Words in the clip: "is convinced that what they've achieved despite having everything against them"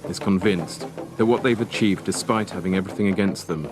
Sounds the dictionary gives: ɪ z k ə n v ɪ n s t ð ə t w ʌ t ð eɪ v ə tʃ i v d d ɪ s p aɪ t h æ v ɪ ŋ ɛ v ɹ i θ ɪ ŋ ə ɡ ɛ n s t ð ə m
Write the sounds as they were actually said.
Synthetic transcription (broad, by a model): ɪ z k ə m v ɪ n s ð ə t w ʌ t ð eɪ v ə tʃ i v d d ɪ s p aɪ t h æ v ɪ ŋ ɛ v ɹ i θ ɪ ŋ ə ɡ ɛ n s t ð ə m